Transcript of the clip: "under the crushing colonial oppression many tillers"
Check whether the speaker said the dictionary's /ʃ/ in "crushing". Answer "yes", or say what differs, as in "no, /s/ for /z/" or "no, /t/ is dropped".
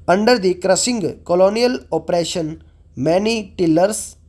no, /s/ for /ʃ/